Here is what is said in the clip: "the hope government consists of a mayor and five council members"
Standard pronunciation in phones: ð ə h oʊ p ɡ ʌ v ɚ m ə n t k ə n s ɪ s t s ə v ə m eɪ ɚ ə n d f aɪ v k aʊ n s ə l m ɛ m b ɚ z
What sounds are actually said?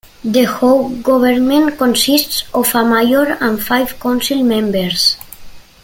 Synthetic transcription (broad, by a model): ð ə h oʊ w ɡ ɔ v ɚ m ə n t k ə n s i s t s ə f ə m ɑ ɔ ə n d f aɪ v k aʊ n s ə l m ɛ m b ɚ s